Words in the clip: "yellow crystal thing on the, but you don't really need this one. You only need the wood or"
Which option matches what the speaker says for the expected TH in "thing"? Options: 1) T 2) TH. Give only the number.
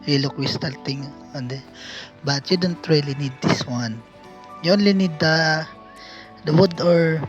1